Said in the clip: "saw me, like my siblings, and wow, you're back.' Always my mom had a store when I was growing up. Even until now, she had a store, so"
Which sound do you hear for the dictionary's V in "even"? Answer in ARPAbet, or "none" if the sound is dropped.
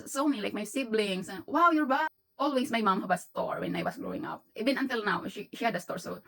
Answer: B